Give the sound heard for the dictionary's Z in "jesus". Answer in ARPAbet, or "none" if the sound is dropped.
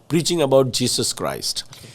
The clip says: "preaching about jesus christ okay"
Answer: S